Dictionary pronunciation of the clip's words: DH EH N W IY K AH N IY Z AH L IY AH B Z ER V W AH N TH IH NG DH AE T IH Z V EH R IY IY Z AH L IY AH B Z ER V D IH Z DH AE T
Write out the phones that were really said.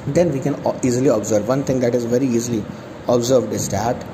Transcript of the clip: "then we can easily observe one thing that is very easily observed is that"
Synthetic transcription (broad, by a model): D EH N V IY K AH N IY Z AH L IY AH B Z ER V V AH N T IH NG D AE T IH Z V EH R IY IY Z AH L IY AH B Z ER V D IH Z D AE T